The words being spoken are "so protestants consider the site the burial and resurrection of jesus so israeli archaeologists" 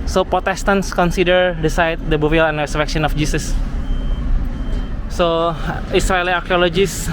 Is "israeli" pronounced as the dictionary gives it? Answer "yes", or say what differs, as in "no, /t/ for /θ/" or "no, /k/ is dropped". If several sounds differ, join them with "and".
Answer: no, /s/ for /z/